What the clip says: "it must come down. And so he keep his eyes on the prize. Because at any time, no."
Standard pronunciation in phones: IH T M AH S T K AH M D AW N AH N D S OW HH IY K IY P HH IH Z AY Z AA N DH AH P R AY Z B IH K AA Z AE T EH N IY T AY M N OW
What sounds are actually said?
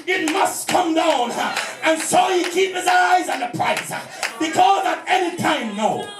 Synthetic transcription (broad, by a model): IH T M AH S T K AH M D AW N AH N S OW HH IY K IY P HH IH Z AY Z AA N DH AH P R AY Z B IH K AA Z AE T EH N IY T AY M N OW